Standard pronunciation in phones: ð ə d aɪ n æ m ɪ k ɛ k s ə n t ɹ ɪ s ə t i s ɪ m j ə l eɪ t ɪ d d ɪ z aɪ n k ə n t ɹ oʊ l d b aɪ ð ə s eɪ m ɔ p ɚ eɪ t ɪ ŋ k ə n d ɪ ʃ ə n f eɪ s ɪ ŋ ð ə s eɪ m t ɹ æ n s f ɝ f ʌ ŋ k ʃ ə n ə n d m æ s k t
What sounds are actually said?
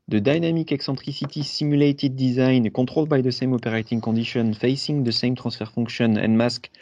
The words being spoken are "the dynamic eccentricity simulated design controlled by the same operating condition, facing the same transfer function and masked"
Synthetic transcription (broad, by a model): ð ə d aɪ n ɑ m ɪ k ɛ k s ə t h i s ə t i s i m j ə l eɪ t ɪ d d ɪ z aɪ n k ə t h oʊ l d b aɪ ð ə s eɪ m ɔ p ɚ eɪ t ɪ ŋ k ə d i ʃ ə n f eɪ s ɪ ŋ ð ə s eɪ m t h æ s f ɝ f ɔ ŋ k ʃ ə n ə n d m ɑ s k